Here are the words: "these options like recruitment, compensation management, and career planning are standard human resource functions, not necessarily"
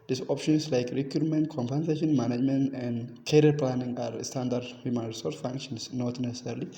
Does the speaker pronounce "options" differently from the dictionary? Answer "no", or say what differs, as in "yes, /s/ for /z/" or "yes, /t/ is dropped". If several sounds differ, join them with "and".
yes, /s/ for /z/